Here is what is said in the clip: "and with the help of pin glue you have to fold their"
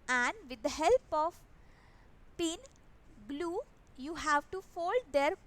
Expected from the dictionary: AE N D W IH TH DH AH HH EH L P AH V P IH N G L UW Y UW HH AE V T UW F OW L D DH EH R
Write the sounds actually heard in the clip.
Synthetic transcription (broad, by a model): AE N D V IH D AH HH EH L P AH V P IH N G L UW Y UW HH AE V T UW F OW L D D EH R